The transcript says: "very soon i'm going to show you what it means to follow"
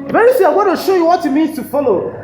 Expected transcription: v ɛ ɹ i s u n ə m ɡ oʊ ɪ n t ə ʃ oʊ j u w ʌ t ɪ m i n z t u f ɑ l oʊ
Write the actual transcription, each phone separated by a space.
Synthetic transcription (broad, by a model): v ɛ ɹ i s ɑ ə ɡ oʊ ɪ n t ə ʃ oʊ j u w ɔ t ɪ m i n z t u f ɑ l oʊ